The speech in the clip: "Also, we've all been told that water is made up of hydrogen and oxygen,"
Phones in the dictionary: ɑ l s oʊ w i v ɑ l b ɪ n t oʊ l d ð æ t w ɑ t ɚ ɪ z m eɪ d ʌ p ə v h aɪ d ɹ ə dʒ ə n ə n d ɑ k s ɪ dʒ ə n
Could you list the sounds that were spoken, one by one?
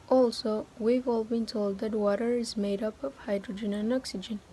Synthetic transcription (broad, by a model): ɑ l s oʊ w i v ɑ l b ɪ n t oʊ l d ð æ t w ɑ t ɚ ɪ z m eɪ d ʌ p ə v h aɪ d ɹ ə dʒ ə n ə n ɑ k s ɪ dʒ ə n